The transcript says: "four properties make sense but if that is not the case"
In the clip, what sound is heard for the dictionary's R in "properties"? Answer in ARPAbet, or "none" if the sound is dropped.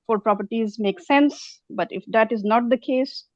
R